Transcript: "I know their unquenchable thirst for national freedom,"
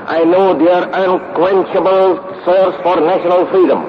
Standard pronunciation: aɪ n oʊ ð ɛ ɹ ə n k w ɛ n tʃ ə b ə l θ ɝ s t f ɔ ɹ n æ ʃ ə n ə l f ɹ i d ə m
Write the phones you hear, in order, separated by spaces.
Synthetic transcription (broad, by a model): aɪ n oʊ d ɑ ɹ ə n k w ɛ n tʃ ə b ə l s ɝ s f ɔ ɹ n æ ʃ ə n ə l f ɹ i d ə m